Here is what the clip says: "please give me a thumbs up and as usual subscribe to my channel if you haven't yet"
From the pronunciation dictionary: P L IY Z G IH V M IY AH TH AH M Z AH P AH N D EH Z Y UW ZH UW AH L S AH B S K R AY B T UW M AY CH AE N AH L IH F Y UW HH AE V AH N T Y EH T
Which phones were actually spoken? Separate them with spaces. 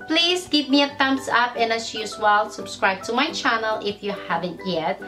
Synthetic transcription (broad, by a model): P L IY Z G IH V M IY AH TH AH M S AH P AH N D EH S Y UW S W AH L S AH B S K R AY B T UW M AY CH AE N AH L IH F Y UW HH AE V AH N T Y EH T